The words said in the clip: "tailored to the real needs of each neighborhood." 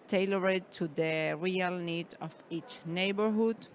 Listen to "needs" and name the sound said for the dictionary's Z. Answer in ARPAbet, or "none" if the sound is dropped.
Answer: none